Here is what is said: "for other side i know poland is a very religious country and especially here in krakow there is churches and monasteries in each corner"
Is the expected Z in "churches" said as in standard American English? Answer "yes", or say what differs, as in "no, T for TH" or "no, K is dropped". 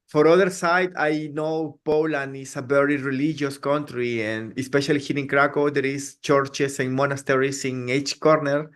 no, S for Z